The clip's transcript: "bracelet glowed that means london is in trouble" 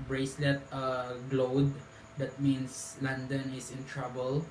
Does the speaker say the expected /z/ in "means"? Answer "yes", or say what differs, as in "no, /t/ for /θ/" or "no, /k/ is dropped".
no, /s/ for /z/